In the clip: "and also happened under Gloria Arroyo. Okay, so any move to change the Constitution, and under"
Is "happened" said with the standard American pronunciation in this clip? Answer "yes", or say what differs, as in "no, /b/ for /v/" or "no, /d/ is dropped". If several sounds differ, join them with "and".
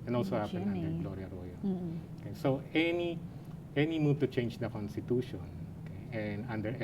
no, /d/ is dropped